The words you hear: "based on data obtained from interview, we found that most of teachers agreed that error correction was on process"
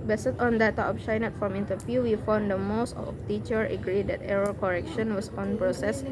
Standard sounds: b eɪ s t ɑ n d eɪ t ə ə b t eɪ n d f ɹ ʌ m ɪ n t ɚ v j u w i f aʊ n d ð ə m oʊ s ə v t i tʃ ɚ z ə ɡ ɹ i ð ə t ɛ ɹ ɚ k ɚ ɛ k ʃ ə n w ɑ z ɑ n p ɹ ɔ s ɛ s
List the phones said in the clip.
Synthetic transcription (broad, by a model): b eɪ s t ɑ n d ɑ t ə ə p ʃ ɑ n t f ɹ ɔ m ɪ n t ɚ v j u w i f aʊ n d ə m oʊ s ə f t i tʃ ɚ ə ɡ ɹ i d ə t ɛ ɹ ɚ k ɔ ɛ k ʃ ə n w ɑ s ɑ n p ɹ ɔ s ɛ s